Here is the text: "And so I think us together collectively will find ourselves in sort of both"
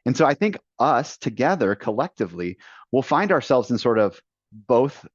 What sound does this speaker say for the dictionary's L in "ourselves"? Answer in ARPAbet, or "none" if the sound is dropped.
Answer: L